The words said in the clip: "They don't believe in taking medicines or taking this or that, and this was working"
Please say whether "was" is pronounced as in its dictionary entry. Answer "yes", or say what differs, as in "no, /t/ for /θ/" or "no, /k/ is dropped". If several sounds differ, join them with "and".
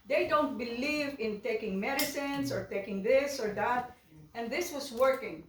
no, /s/ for /z/